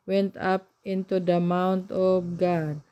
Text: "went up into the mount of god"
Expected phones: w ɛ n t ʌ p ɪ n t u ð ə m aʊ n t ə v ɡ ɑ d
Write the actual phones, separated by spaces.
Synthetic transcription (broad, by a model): w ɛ n t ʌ p ɪ n t u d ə m aʊ n t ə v ɡ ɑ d